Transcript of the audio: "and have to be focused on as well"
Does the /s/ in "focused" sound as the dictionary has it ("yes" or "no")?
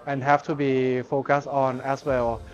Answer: yes